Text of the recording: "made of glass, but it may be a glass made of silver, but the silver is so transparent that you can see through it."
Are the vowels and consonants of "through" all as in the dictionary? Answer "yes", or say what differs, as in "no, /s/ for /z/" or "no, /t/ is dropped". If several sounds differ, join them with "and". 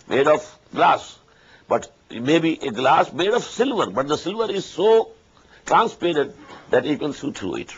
no, /t/ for /θ/